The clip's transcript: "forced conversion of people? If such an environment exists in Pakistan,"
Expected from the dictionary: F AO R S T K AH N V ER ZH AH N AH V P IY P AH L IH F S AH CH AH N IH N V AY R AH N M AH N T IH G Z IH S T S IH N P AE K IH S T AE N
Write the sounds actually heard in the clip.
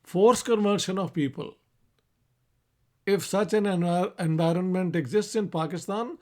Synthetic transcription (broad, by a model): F AO R S K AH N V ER SH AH N AH V P IY P AH L IH F S AH CH AH N IH N V AY R AH N M AH N T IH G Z IH S T S IH N P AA K IH S T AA N